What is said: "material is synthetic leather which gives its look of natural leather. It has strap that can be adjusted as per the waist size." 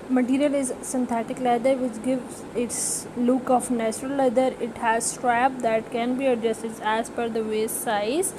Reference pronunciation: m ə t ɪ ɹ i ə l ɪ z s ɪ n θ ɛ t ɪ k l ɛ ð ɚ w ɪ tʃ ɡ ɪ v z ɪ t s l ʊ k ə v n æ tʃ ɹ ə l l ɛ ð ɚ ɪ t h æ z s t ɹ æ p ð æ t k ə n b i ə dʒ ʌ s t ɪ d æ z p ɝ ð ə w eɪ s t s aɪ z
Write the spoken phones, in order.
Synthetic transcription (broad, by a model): m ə t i ɹ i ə l ɪ z s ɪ n t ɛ t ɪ k l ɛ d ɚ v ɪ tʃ ɡ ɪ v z ɪ t s l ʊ k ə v n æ tʃ ɹ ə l l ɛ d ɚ ɪ t h æ z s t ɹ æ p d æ t k ə n b i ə dʒ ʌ s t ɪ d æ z f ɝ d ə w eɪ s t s aɪ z